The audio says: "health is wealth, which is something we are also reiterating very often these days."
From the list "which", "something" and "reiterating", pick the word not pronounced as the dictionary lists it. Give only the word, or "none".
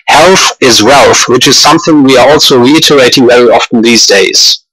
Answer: none